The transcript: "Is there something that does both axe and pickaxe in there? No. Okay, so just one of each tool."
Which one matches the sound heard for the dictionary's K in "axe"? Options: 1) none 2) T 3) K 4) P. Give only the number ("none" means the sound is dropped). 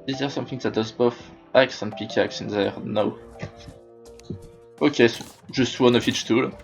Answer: 3